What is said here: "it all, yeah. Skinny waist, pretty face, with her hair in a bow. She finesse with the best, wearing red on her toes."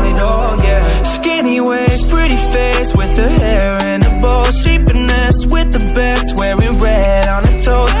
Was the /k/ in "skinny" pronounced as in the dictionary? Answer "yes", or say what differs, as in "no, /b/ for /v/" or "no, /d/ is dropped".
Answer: yes